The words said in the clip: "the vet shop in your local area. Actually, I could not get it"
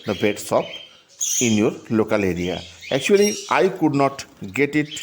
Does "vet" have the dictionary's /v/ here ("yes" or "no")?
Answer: no